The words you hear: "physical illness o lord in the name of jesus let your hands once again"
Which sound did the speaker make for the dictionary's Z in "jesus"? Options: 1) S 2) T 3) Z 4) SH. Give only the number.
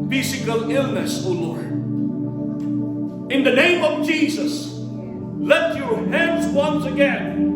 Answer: 3